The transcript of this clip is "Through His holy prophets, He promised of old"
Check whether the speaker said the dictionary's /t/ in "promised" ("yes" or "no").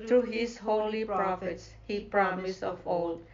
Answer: no